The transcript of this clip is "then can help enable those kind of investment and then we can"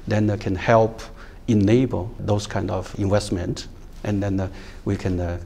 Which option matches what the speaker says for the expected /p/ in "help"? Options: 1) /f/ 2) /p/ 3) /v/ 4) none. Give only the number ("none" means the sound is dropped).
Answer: 2